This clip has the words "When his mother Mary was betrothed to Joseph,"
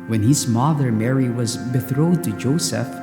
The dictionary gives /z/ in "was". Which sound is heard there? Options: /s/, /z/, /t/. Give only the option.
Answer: /z/